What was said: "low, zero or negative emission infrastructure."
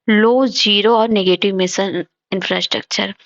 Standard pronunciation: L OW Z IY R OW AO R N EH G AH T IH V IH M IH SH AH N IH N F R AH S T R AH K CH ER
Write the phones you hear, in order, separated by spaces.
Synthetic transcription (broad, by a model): L OW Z IY R OW AO R N EH G AH T IH V M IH S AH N IH N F R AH S T R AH K CH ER